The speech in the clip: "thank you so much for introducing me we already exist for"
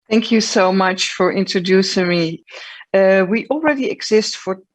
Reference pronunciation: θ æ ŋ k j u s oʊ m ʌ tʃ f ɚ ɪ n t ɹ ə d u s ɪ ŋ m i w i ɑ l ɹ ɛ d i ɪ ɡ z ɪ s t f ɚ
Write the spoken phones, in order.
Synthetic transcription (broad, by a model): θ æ ŋ k j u s oʊ m ʌ tʃ f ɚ ɪ n t ɹ ə d u s ɪ ŋ m i w i ɑ l ɹ ɛ d i ɪ ɡ z ɪ s t f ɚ